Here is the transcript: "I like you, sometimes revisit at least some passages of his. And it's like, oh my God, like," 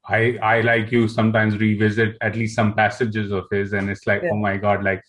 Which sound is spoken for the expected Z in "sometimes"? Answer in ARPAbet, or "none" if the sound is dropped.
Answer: Z